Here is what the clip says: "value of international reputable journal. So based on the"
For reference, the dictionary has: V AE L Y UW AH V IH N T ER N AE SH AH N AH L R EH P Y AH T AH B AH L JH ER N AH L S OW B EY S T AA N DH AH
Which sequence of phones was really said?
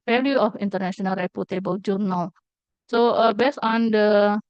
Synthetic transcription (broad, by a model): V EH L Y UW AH F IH N T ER N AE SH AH N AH L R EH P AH T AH B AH W JH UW N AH L S OW B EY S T AA N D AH